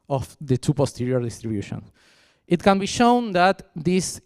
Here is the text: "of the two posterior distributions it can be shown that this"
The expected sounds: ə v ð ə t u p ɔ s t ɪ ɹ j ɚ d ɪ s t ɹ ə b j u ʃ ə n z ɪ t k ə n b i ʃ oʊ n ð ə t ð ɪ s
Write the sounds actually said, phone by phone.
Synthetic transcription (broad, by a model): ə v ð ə t u p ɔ s t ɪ ɹ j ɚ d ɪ s t ɹ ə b j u ʃ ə n ɪ t k ə n b i ʃ oʊ n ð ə t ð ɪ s